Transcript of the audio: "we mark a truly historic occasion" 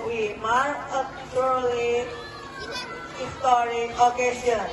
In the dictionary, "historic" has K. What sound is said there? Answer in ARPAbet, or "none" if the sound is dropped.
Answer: none